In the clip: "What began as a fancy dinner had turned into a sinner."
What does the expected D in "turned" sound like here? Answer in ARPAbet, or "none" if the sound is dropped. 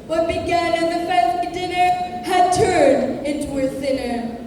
D